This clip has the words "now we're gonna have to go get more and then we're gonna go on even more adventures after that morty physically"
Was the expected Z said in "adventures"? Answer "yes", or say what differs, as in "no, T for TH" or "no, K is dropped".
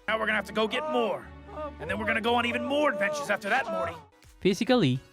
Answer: yes